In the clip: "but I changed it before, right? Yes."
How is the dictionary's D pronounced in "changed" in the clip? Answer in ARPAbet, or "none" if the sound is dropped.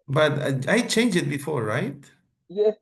none